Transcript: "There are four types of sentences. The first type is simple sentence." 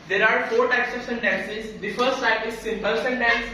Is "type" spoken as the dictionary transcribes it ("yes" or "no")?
no